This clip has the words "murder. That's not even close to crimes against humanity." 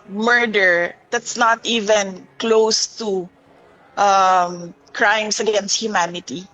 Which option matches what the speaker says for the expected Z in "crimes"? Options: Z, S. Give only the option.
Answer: S